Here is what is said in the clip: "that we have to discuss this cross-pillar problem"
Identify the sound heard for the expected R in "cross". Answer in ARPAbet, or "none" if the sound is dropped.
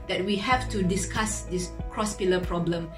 R